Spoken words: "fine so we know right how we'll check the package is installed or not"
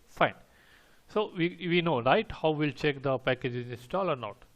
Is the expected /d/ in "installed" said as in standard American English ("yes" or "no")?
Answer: no